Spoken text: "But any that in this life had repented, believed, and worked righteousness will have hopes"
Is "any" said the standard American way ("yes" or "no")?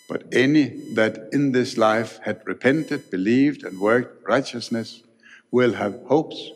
yes